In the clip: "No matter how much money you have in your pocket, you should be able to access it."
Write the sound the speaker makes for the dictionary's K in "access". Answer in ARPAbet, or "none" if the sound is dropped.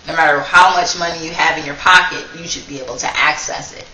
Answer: K